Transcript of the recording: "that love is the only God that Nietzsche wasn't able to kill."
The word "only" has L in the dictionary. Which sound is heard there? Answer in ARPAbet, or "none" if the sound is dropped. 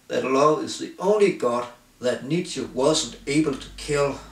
L